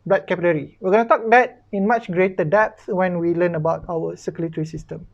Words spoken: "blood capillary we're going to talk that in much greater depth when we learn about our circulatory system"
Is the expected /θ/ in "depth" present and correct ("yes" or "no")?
no